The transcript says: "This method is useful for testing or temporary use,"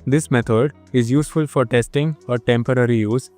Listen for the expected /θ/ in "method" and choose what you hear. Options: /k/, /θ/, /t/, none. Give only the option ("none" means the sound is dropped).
/t/